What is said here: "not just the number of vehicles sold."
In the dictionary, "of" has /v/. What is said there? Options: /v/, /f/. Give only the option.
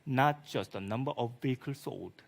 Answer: /f/